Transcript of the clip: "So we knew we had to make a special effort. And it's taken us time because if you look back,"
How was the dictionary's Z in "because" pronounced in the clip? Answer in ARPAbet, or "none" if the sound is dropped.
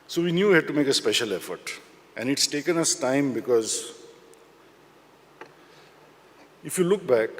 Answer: Z